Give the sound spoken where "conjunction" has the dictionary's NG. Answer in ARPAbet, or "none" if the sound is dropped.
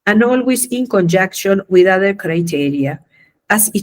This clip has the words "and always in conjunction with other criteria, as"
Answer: none